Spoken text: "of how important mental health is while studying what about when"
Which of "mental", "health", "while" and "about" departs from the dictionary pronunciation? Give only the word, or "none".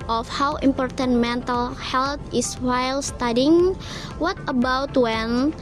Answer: health